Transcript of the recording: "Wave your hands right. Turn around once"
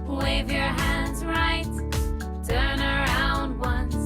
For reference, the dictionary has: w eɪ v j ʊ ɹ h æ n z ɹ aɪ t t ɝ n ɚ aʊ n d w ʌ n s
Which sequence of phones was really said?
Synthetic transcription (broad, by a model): w eɪ v j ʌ ɹ h æ n z ɹ aɪ t t ɝ n ɚ aʊ n d w ʌ n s